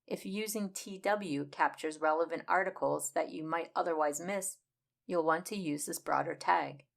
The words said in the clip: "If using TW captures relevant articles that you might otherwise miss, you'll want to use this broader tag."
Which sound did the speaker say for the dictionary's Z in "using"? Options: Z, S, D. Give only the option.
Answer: Z